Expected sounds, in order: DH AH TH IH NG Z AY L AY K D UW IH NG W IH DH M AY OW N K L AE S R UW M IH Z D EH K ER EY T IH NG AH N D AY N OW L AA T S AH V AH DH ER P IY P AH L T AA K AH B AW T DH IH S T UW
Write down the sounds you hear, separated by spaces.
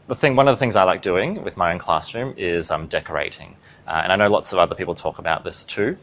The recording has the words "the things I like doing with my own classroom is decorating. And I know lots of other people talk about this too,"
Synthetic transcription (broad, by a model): DH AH TH IH NG Z AY L AY K D UW IH NG W IH DH M AY OW N K L AE S R UW M IH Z D EH K ER EY T IH NG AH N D AY N OW L AA T S AH V AH DH ER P IY P L T AA K AH B AW T DH IH S T UW